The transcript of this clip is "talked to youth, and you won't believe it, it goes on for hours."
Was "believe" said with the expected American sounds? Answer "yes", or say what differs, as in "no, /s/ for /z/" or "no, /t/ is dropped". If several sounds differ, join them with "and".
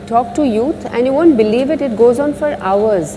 yes